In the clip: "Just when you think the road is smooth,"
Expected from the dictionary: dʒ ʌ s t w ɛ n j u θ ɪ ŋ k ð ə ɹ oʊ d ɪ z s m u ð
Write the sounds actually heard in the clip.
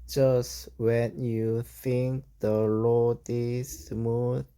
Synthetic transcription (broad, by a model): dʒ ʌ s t w ɛ n j u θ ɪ ŋ k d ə l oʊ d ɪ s m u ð